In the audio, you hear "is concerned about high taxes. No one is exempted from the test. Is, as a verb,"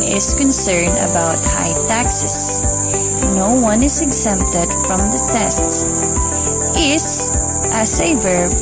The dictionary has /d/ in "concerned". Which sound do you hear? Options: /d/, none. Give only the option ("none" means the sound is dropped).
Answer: /d/